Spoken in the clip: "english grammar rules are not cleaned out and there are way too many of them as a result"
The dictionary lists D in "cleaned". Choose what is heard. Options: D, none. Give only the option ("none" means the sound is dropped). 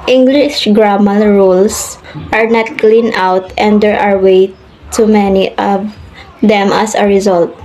none